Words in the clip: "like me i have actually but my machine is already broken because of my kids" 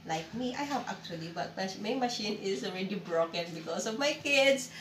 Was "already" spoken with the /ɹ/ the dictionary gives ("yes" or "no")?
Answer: yes